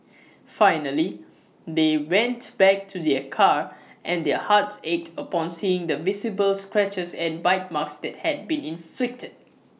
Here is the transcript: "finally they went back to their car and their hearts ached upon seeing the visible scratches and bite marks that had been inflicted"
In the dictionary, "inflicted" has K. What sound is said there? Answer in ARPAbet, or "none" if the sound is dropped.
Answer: K